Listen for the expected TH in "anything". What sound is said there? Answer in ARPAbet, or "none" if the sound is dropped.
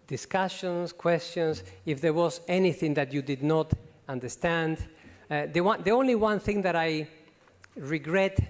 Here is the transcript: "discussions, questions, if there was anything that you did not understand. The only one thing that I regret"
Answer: TH